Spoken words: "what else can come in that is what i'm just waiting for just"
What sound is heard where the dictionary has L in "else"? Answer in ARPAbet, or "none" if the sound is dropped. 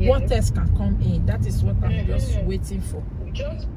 none